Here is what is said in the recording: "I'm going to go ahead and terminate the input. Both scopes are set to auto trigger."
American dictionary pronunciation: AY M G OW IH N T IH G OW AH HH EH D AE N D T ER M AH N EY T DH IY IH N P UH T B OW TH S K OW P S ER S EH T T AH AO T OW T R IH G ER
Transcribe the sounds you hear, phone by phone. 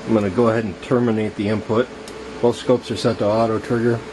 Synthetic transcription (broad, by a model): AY M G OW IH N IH G OW AH HH EH D N T ER M AH N EY T DH IY IH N P UH T B OW TH S K OW P S ER S EH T T AH AO T OW T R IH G ER